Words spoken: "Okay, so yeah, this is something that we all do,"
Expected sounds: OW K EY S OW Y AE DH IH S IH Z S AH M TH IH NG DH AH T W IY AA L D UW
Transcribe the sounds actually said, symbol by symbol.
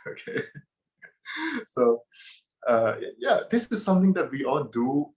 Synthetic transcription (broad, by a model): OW K EY S OW Y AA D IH S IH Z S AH M T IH NG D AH T W IY AA L D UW